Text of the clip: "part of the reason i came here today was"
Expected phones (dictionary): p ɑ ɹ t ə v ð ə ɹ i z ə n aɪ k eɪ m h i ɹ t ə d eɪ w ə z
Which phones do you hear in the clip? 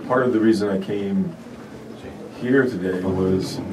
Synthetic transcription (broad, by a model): p ɑ ɹ t ə v ð ə ɹ i z ə n aɪ k eɪ m h i ɹ t ə d eɪ w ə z